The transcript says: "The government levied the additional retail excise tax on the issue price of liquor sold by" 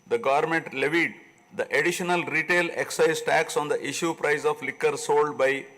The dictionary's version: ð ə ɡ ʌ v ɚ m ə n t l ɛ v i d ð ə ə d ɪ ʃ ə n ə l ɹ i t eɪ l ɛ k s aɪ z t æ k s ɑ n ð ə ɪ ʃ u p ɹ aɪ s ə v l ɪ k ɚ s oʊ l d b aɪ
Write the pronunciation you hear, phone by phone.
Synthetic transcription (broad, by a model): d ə ɡ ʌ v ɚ m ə n t l ɛ v i d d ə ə d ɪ ʃ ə n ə l ɹ i t eɪ l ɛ k s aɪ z t æ k s ɑ n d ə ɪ ʃ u p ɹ aɪ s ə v l ɪ k ɚ s oʊ l d b aɪ